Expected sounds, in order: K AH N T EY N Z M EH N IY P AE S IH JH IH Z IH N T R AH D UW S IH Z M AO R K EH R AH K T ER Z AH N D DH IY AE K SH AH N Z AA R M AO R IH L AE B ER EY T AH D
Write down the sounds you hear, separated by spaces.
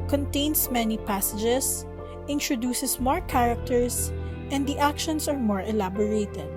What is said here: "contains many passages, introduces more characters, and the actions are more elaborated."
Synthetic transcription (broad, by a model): K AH N T EY N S M EH N IY P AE S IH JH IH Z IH N T R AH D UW S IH S M AO R K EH R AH K T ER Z AH N D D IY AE K SH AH N S AA R M AO R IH L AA B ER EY T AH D